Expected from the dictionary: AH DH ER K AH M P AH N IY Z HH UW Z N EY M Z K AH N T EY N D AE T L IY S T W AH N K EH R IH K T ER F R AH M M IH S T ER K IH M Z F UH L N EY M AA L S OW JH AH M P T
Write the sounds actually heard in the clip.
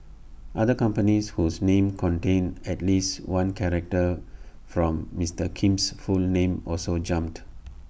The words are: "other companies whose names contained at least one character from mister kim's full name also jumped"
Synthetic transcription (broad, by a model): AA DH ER K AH M P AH N IY S HH UW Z N EY M K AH N T EY N EH T L IY S T W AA N K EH R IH K T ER F R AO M M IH S T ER K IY M S F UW L N EY M AA L S OW JH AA M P T